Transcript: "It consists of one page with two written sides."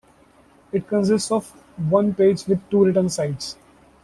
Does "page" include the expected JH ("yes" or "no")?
yes